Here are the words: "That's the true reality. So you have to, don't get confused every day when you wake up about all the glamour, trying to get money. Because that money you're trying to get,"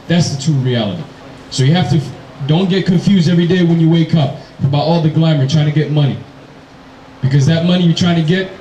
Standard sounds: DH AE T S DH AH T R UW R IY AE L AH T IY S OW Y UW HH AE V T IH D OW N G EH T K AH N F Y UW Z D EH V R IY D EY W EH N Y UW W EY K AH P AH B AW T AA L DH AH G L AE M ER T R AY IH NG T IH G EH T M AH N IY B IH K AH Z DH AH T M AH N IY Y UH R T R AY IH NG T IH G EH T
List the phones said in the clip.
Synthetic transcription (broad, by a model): DH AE T S DH AH T UW R IY AE L AH T IY S OW Y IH HH AE F T IH D OW N G EH T K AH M F Y UW Z D EH V R IY D EY W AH N Y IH W EY K AH P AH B AW T AA L DH AH G L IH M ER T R AY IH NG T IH G EH T M AH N IY B IH K AH Z DH AH T M AH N IY Y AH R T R AY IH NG T IH G EH T